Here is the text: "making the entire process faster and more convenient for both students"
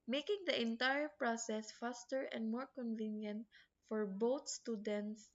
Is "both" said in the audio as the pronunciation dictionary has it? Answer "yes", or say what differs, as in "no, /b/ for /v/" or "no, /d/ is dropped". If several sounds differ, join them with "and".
no, /t/ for /θ/